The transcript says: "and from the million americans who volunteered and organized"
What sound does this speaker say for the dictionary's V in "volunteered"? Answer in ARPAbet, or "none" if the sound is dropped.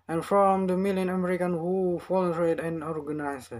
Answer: F